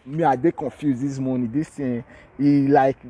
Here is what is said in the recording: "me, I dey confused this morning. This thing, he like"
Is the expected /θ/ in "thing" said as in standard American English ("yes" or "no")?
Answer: no